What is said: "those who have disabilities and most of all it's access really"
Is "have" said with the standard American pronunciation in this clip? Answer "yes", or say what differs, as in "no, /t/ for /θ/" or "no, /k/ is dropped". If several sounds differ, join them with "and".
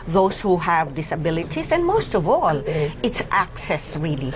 yes